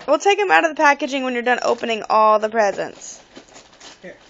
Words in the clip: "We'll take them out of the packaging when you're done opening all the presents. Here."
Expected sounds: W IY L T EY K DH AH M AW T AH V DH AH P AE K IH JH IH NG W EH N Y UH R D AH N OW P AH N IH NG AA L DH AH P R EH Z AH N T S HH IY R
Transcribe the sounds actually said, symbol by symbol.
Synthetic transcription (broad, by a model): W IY L T EY K DH AH M AW T AH V DH AH P AE K IH JH IH NG W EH N Y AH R D AH N OW P AH N IH NG AA L DH AH P R EH Z AH N T S